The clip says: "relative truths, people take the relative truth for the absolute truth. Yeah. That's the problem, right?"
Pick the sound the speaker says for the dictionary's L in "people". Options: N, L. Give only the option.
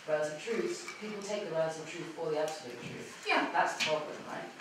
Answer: L